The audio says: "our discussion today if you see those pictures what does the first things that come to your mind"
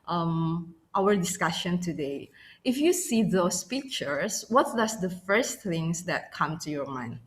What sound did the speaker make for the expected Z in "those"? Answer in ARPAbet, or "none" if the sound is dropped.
S